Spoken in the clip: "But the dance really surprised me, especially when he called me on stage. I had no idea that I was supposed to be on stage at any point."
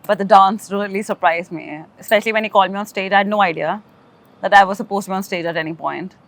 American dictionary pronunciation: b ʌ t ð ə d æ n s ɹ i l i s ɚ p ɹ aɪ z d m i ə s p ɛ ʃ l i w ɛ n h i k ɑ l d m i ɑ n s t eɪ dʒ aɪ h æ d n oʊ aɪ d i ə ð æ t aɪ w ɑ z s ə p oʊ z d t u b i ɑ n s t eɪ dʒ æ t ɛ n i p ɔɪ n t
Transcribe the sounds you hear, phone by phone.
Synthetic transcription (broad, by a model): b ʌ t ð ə d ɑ n s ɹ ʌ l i s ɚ p ɹ aɪ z m i ə s p ɛ ʃ l i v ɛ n h i k ɑ l d m i ɑ n s t eɪ dʒ aɪ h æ d n oʊ aɪ d i ə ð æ t aɪ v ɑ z s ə p oʊ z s t u b i ɑ n s t eɪ dʒ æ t ɛ n i p ɔɪ n t